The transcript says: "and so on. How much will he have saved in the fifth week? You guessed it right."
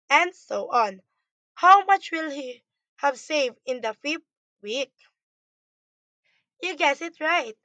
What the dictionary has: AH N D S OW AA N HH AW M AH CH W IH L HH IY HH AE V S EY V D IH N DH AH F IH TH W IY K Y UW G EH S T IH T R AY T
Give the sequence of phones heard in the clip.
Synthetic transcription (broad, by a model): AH N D S OW AA N HH AW M AH CH W IH L HH IY HH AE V S EY V D IH N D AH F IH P W IY K Y UW G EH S IH T R AY T